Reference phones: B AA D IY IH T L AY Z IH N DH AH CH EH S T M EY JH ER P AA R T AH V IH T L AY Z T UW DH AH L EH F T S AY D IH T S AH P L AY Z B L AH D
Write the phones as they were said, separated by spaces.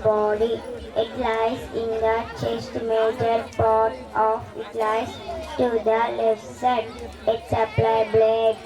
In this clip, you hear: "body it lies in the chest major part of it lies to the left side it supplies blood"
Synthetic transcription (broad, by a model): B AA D IY IH T L AY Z IH N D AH CH EH S T M EY JH ER P AA R T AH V IH T L AY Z T UW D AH L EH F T S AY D IH T S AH P L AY B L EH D